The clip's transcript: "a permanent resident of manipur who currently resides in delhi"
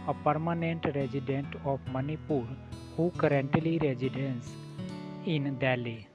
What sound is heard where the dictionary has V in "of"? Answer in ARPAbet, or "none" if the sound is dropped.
P